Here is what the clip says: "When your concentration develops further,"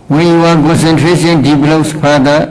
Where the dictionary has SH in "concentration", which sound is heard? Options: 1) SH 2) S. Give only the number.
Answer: 2